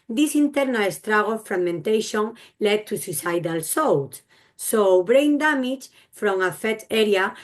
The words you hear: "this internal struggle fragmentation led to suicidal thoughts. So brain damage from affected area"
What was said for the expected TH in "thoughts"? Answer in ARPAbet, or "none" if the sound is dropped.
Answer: S